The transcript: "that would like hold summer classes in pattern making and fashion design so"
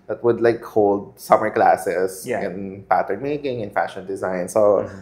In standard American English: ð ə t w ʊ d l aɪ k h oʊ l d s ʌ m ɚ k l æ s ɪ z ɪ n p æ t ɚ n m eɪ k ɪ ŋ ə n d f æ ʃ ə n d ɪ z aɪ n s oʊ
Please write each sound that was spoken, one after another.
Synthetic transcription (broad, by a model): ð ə t w ʊ d l aɪ k h oʊ l d s ʌ m ɚ k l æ s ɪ s ɪ n p æ t ɚ n m eɪ k ɪ ŋ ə n f æ ʃ ə n d ɪ z aɪ n s oʊ